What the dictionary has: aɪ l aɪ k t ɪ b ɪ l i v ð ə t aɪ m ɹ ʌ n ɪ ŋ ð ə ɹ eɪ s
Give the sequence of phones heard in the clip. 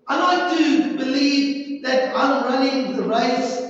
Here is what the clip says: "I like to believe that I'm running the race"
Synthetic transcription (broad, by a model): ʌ n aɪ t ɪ b ɪ l i v ð ə t aɪ m ɹ ʌ n ɪ ŋ ð ə ɹ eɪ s